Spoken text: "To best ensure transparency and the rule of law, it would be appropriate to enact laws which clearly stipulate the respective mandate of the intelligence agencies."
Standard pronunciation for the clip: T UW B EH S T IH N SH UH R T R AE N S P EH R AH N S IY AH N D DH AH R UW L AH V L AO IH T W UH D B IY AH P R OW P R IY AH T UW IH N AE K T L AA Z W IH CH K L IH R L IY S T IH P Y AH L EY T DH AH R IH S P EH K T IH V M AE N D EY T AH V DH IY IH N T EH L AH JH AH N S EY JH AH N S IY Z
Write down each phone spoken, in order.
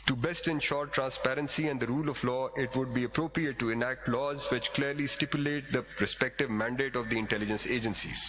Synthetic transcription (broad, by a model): T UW B EH S T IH N SH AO R T R AE N S P EH R AH N S IY AH N D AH R UW L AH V L AO IH T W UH D B IY AH P R OW P R IY AH T UW IH N AE K T L AA Z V IH CH K L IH R L IY S T IH P Y AH L EY T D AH R IH S P EH K T IH V M AE N D EY T AH V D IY IH N T EH L AH JH AH N S EY JH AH N S IY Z